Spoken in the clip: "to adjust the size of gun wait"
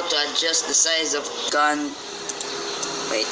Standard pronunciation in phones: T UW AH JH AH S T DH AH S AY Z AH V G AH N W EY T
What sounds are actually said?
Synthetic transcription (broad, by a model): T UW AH JH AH S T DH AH S AY Z AH V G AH N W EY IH